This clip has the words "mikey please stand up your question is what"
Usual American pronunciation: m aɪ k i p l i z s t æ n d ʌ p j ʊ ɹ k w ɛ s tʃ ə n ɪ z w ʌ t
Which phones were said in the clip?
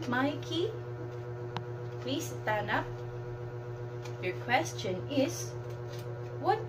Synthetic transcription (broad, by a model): m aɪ k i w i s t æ n ʌ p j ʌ ɹ k w ɛ s tʃ ə n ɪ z w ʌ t